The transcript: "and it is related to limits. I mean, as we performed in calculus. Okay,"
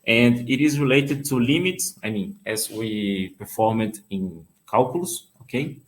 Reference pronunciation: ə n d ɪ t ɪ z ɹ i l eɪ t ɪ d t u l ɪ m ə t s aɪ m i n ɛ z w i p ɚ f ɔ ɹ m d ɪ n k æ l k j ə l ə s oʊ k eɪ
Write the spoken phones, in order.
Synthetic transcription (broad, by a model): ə n d ɪ t ɪ z ɹ i l eɪ t ɪ d t u l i m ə t s aɪ m i n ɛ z w i p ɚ f ɔ ɹ m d ɪ n k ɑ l k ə l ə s oʊ k eɪ